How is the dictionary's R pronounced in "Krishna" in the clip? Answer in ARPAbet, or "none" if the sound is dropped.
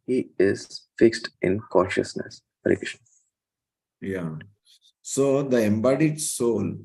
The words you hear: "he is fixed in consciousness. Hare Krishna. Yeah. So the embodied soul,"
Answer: none